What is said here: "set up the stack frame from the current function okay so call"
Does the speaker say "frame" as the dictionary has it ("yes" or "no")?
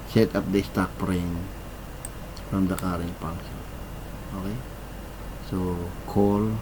no